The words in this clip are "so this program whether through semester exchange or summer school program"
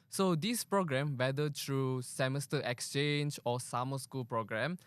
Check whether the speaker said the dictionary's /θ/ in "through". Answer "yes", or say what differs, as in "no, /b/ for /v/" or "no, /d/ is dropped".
no, /t/ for /θ/